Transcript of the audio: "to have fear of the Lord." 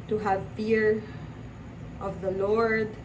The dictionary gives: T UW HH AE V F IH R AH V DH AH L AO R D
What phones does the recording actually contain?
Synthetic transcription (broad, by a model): T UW HH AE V P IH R AH V DH AH L AO R D